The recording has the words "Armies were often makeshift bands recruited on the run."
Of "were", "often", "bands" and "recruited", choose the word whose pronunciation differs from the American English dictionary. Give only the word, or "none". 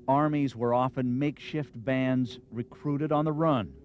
none